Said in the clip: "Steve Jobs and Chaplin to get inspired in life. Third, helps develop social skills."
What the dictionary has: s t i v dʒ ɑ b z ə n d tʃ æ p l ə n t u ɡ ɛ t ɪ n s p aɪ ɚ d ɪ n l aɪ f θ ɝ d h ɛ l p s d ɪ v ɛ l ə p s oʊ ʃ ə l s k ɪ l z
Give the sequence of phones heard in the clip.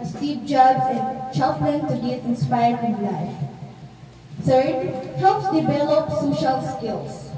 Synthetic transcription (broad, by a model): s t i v dʒ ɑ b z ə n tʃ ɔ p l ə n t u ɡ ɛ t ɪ n s p aɪ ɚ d ɪ n l aɪ f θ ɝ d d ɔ p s d ɪ v ɛ l ə p s oʊ ʃ ə l s k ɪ l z